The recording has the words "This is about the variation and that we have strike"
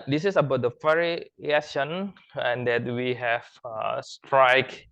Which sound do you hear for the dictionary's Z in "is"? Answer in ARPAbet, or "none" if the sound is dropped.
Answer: S